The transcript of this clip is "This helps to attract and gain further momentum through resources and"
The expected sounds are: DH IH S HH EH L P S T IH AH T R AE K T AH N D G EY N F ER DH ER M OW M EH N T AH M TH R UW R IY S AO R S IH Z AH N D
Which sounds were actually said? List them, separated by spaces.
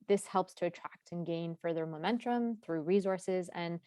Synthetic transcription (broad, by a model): DH IH S HH EH L P S T IH AH T R AE K T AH N G EY N F ER DH ER M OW M EH N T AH M TH R UW R IY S AO R S IH Z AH N